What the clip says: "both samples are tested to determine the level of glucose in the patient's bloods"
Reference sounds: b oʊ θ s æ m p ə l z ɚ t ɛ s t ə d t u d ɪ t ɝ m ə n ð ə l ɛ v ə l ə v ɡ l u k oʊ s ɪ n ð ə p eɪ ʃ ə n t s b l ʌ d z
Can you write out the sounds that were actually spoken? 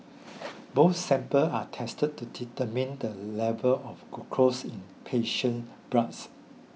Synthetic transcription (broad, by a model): b oʊ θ s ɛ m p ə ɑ t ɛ s t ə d t u d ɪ t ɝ m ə n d ə l ɛ v ə l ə f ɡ u k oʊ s ɪ n p eɪ ʃ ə n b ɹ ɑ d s